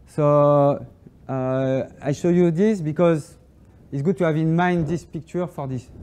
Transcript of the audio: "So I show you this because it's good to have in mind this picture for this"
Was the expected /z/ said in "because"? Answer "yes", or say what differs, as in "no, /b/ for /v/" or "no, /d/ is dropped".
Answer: yes